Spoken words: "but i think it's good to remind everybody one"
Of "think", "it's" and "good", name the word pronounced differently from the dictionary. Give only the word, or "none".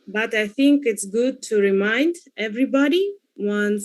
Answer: none